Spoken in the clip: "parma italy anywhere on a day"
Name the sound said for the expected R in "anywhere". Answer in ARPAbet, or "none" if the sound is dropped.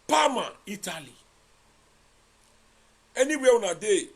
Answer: W